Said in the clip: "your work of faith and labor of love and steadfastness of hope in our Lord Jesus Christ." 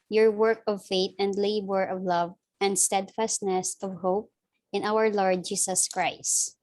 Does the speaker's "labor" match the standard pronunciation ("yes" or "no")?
yes